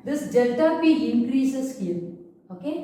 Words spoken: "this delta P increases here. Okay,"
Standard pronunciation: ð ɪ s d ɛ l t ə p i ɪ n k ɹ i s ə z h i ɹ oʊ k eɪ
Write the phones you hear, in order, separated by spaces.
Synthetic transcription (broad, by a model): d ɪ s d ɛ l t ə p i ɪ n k ɹ i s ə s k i l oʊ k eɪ